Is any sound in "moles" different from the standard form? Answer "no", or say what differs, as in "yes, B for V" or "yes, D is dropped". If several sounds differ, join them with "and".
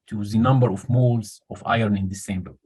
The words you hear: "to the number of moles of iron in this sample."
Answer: no